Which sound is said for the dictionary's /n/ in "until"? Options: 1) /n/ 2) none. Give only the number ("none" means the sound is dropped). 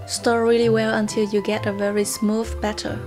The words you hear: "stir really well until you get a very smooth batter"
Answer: 1